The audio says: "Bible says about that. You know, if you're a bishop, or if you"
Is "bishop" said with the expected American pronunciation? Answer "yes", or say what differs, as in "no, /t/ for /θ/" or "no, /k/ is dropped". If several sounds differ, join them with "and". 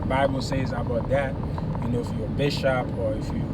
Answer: yes